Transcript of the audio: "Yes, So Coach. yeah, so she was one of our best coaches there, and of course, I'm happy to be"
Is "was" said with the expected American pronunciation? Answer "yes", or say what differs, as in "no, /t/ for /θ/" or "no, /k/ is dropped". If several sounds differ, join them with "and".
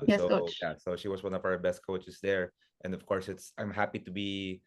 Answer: no, /s/ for /z/